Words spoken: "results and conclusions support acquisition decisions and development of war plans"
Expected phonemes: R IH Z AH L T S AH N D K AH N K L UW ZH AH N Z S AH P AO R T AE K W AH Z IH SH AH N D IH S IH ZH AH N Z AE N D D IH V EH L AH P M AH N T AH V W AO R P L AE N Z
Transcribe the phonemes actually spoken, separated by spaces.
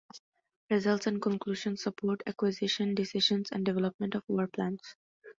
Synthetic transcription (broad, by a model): R IH Z AH L T S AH N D K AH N K L UW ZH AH N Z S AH P AO R T AE K W AH Z IH SH AH N D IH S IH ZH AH N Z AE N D D IH V EH L AH P M AH N T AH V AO R P L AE N S